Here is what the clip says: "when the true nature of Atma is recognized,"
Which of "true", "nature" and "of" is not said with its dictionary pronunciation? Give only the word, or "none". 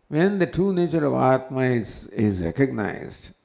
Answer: none